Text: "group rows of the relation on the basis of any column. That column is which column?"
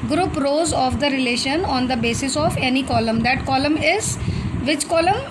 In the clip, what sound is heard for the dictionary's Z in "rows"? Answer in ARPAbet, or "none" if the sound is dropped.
Z